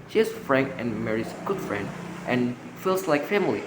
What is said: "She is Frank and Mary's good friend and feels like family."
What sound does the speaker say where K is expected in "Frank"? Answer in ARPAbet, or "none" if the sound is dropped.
K